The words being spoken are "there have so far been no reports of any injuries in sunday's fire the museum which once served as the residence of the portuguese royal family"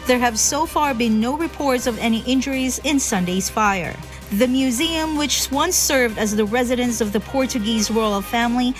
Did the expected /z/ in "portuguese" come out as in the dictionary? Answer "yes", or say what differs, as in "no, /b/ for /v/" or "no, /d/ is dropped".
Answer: yes